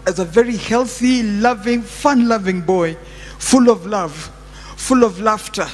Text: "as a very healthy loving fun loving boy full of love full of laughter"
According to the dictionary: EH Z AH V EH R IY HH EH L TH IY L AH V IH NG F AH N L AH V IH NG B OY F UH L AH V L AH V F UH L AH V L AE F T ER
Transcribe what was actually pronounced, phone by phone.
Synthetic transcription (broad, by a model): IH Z AH V EH R IY HH EH L TH IY L AH V IH NG F AH N L AH V IH NG B OY F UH L AH V L AH V F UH L AH V L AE F T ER